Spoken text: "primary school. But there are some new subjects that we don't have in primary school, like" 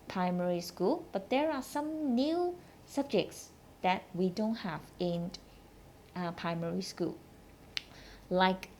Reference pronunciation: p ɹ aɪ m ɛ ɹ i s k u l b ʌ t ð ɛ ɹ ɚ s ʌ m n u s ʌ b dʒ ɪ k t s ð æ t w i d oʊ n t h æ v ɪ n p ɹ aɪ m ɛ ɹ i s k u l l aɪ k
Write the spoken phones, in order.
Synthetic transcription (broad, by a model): p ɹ aɪ m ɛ ɹ i s k u l b ʌ t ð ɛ ɹ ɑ s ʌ m n u s ʌ b dʒ ɪ k t s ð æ t w i d oʊ n t h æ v ɪ n p ɹ aɪ m ɛ ɹ i s k u l l aɪ k